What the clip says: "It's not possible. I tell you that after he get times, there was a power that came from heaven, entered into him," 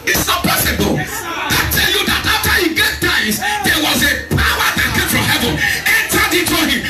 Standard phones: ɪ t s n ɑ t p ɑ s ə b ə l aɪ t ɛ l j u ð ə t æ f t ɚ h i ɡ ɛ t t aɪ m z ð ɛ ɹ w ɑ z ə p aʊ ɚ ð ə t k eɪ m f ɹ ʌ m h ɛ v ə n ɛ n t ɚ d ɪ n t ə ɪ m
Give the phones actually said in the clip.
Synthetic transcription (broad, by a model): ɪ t s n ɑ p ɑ s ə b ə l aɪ t ɛ l j u ð ə t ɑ f t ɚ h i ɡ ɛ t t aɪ z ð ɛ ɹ w ɑ z ə p aʊ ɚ ð ə t k eɪ m f ɹ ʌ m h ɛ v ə n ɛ n t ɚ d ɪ t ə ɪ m